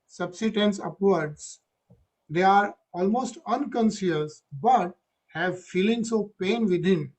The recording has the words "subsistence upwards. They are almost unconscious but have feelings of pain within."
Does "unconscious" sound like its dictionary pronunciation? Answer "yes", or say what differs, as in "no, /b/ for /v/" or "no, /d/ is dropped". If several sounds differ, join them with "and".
no, /s/ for /ʃ/